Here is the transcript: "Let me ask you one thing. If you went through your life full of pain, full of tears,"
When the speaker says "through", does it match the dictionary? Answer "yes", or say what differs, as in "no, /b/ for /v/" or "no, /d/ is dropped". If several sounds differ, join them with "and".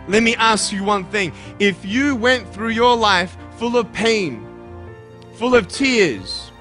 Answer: yes